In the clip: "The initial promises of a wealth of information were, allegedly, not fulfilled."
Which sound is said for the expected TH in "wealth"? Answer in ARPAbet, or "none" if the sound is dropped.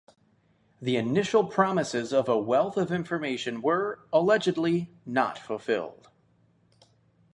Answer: TH